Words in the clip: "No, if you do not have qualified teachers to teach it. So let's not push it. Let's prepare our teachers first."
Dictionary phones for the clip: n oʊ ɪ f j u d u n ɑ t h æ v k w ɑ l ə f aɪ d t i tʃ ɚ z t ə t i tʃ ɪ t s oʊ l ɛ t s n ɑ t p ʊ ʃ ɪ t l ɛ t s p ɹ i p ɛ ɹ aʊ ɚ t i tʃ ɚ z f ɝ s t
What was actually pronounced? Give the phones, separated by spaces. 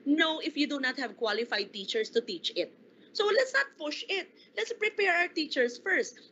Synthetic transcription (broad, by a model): n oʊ ɪ f j u d u n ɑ t h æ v k w ɑ l ə f aɪ d t i tʃ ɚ s t ə t i tʃ ɪ t s oʊ l ɛ t s n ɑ t p ʊ ʃ ɪ t l ɛ t s p ɹ i p ɛ ɹ aʊ ɚ t i tʃ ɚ s f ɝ s t